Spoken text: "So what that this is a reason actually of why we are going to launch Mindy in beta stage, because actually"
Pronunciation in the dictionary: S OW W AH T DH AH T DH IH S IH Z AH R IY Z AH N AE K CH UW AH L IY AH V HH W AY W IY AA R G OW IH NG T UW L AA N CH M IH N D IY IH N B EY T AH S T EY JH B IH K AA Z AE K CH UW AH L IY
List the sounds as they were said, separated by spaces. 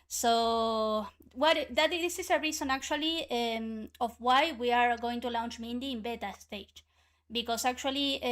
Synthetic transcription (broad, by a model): S OW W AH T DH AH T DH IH S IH S AH R IY S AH N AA K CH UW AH L IY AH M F W AY W IY AA R G OW IH NG T UW L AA N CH M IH N D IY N B EY T AH S T EY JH B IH K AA S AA K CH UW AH L IY